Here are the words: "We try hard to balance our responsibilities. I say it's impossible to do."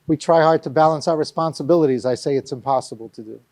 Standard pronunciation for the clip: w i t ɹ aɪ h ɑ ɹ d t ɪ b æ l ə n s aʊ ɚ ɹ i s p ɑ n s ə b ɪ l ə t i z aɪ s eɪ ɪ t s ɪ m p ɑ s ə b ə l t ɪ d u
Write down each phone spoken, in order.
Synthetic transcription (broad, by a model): w i t ɹ aɪ h ɑ ɹ d t ɪ b æ l ə n s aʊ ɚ ɹ i s p ɑ n s ə b ɪ l ə t i z aɪ s eɪ ɪ t s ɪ m p ɑ s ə b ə l t ɪ d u